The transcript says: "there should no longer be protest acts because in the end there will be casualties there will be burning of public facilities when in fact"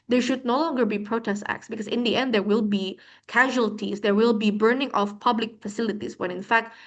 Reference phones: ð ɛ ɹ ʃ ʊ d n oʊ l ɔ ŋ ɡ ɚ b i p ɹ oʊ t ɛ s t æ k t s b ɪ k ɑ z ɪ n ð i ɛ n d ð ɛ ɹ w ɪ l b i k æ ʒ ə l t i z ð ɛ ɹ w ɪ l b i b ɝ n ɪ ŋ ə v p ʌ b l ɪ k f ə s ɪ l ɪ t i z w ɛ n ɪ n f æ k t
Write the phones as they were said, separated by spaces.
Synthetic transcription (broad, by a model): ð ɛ ɹ ʃ ʊ d n oʊ l ɔ ŋ ɡ ɚ b i p ɹ oʊ t ɛ s t æ k t s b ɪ k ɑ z ɪ n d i ɛ n d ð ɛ ɹ w ɪ l b i k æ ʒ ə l t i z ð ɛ ɹ w ɪ l b i b ɝ n ɪ ŋ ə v p ʌ b l ɪ k f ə s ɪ l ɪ t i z w ɛ n ɪ n f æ k t